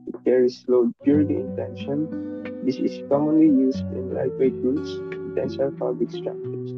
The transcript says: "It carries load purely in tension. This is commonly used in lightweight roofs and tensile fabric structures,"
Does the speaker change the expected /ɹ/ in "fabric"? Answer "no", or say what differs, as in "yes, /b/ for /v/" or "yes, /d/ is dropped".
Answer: yes, /l/ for /ɹ/